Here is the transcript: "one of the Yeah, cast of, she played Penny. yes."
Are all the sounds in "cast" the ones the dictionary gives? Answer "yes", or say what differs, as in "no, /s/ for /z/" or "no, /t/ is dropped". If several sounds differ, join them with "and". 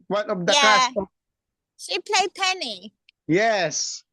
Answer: no, /t/ is dropped